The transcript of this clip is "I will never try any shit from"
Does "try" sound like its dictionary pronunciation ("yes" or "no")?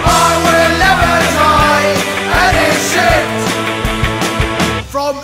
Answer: no